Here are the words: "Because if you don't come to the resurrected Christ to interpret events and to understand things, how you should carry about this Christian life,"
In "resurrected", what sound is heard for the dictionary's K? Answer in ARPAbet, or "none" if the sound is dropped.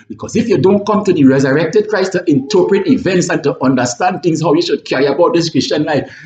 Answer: K